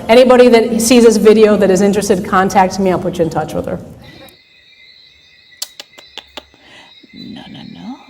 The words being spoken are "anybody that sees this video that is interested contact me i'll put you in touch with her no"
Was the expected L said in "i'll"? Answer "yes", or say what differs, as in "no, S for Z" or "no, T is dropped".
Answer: no, N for L